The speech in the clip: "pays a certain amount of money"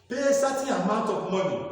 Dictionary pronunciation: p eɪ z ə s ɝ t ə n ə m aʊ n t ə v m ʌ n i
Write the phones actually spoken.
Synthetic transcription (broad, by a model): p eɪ ə s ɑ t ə ə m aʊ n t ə p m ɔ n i